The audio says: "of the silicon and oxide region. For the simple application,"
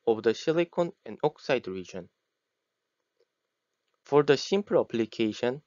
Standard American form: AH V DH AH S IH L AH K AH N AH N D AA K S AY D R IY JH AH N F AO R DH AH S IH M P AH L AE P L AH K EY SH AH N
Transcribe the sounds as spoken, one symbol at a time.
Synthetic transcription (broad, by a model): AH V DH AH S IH L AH K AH N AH N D AA K S AY D R IY JH AH N F AO R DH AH S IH M P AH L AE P L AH K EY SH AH N